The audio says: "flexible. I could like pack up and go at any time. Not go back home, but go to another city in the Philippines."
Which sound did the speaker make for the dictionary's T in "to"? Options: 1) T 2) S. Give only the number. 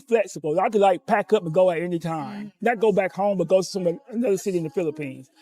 2